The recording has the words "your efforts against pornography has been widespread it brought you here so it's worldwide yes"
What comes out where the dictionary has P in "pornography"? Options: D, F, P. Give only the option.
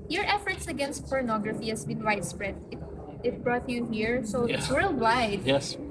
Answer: P